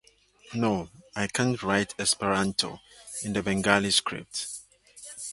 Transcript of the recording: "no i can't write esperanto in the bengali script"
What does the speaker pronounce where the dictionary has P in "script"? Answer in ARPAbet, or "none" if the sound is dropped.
P